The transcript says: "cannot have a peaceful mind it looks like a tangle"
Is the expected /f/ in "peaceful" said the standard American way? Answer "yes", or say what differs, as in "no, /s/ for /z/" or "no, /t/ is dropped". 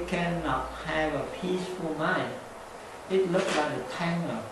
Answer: yes